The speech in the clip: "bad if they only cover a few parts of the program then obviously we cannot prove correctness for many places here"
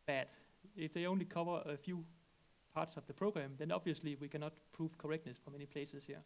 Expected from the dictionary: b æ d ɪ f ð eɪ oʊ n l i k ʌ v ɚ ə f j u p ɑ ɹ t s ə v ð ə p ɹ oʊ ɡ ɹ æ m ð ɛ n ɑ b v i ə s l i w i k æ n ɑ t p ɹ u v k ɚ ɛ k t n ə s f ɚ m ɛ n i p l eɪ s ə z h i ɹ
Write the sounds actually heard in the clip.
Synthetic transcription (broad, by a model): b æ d ɪ f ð eɪ oʊ n l i k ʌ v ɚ ə f j u p ɑ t s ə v ð ə p ɹ oʊ ɡ ɹ æ m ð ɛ n ɑ b v i ə s l i w i k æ n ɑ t p ɹ u v k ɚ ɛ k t n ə s f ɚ m ɛ n i p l eɪ s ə s h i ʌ